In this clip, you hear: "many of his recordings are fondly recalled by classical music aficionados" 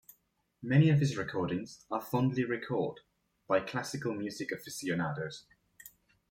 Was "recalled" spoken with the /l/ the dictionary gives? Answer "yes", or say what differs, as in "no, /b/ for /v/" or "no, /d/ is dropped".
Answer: no, /l/ is dropped